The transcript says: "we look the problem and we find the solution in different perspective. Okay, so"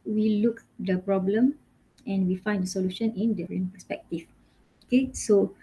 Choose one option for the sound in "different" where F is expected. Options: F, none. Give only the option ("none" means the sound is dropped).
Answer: none